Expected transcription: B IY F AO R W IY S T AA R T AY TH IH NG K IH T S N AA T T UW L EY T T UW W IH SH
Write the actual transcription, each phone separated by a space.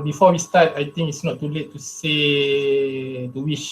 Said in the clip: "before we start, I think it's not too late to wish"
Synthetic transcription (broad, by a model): B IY F AO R W IY S T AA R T AY T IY NG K IH T S N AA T T UW L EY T T UW W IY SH